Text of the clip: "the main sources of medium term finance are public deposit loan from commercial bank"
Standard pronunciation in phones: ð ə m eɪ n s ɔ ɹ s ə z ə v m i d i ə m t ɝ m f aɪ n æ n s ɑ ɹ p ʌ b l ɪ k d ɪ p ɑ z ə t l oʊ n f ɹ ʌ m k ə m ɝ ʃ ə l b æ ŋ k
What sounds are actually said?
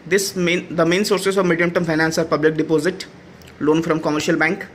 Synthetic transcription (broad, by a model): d ə m eɪ n s ɔ ɹ s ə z ə v m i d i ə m t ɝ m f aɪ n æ n s ɑ ɹ p ʌ b l ɪ k d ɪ p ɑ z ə t l oʊ n f ɹ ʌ m k ə m ɝ ʃ ə l b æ ŋ k